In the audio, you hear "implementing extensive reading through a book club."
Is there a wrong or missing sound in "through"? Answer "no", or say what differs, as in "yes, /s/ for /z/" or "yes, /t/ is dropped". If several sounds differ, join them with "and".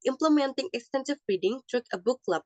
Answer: yes, /t/ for /θ/